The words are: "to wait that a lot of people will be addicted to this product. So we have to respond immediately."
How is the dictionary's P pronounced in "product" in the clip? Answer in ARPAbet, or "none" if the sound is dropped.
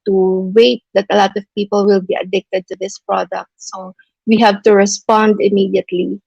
P